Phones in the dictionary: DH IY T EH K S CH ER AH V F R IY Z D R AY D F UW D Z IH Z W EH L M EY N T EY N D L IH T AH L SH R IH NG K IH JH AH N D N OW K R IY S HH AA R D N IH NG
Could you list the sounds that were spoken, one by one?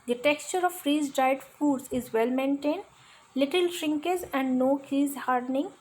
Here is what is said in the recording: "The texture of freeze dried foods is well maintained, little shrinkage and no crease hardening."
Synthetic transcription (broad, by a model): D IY T EH K S CH ER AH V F R IY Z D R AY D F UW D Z IH Z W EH L M EY N T EY N D L IH T AH L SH R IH NG K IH Z AH N D N OW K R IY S HH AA R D N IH NG